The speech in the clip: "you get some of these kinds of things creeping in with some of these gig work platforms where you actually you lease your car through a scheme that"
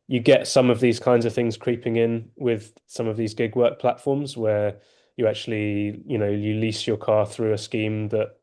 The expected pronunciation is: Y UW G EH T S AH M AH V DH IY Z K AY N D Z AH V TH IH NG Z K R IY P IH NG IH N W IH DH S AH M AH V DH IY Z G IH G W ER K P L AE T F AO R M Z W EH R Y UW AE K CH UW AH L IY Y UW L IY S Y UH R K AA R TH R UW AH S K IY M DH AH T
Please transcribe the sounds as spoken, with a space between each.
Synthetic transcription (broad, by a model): Y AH G EH T S AH M AH V DH IY Z K AY N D Z AH V TH IH NG Z K R IY P IH NG IH N W IH DH S AH M AH V DH IY Z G IH G W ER K P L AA T F AO M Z W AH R Y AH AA K CH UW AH N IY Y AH L IY S Y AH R K AA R TH R UW AH S K IY M DH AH T